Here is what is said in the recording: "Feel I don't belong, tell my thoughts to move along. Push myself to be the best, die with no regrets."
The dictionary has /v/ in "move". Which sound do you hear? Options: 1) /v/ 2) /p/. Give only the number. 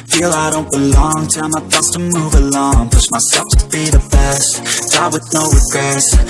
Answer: 1